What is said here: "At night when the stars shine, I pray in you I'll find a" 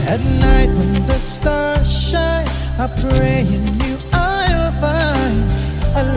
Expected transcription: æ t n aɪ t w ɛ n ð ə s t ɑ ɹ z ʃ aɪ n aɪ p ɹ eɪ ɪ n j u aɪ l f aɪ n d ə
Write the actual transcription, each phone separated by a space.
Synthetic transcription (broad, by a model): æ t n aɪ t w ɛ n ð ə s t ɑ ɹ ʃ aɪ aɪ p ɹ eɪ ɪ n j u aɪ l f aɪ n ə